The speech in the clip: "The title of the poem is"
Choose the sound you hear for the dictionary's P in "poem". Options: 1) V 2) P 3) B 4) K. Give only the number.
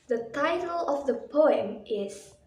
2